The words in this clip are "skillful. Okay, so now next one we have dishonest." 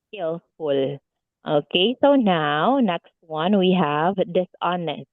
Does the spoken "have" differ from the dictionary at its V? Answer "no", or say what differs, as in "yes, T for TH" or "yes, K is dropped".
no